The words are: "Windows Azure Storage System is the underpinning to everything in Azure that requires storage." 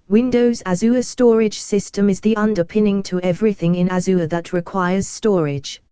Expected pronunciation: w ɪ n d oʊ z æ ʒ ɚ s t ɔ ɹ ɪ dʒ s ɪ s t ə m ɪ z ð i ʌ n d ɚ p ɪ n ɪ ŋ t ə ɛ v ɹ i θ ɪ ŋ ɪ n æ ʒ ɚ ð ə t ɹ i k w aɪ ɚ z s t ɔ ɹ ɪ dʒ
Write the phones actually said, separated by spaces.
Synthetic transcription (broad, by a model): w ɪ n d oʊ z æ z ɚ s t ɔ ɹ ɪ dʒ s ɪ s t ə m ɪ z ð i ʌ n d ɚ p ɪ n ɪ ŋ t ə ɛ v ɹ i θ ɪ ŋ ɪ n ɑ z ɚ ð ə t ɹ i k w aɪ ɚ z s t ɔ ɹ ɪ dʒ